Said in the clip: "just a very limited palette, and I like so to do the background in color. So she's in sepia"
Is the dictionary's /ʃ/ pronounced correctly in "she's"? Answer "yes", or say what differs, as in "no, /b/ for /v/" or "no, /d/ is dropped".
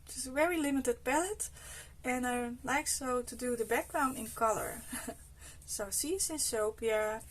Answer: no, /s/ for /ʃ/